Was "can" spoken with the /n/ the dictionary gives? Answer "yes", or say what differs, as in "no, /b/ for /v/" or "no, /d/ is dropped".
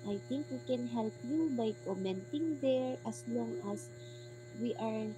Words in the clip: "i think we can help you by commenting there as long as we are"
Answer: yes